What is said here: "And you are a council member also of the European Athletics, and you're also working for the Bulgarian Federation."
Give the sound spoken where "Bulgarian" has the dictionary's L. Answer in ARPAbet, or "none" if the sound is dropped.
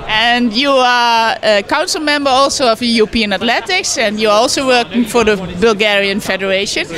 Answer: L